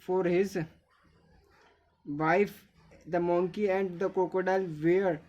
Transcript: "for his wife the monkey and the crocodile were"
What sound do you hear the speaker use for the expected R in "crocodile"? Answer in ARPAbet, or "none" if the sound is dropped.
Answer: none